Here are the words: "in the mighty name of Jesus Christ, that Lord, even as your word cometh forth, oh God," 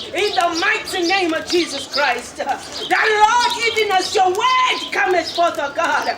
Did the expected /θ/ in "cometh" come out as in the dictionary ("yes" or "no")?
no